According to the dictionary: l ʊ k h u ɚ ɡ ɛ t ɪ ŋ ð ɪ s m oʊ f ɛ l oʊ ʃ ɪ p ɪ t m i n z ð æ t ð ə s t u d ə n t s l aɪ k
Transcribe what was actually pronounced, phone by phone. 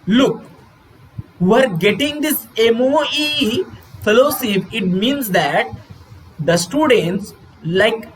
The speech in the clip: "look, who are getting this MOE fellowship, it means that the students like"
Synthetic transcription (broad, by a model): l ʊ k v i ɚ ɡ ɛ t ɪ ŋ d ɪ s m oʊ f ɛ l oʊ s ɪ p ɪ t m i n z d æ t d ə s t u d ə n t s l aɪ k